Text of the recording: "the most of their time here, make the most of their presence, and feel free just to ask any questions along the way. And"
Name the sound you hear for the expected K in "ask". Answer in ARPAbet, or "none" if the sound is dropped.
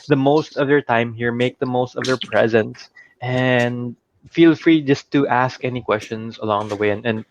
K